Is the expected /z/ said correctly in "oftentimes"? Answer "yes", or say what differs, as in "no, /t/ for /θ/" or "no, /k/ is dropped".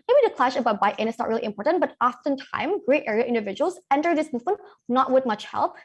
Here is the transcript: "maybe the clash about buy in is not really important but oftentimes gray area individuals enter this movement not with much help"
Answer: no, /z/ is dropped